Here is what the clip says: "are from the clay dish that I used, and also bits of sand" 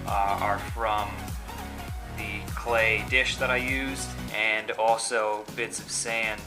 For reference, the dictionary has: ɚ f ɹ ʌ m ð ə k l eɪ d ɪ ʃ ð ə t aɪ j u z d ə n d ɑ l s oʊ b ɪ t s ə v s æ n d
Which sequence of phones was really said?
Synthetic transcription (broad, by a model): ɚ f ɹ ʌ m ð ə k l eɪ d ɪ ʃ ð ə t aɪ j u z d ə n ɑ l s oʊ b ɪ t s ə v s æ n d